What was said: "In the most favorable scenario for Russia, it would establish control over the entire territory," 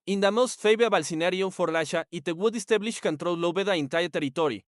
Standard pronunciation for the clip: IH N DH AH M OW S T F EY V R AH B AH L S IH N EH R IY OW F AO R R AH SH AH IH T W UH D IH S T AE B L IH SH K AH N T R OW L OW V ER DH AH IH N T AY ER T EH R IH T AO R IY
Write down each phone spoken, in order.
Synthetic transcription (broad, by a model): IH N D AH M OW S T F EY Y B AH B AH L S IH N EH R IY OW F AO R L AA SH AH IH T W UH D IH S T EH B L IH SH K AH N T R OW L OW B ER DH AH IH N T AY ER T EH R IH T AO R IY